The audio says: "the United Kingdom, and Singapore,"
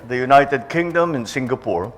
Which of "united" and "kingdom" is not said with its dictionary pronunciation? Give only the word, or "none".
none